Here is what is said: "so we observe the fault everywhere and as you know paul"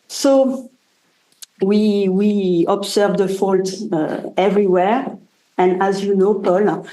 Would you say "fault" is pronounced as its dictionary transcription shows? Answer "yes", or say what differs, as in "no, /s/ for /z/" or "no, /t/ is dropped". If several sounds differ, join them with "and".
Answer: yes